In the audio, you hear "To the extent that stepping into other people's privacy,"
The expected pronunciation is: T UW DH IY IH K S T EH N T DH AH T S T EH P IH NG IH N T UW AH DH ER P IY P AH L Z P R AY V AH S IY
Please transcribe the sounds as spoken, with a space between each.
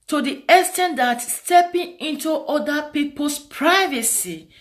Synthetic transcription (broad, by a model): T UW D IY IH S T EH N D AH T S T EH P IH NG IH N T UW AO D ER P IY P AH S P R AY V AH S IY